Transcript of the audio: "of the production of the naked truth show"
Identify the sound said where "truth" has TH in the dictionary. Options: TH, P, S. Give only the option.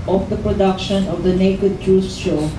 S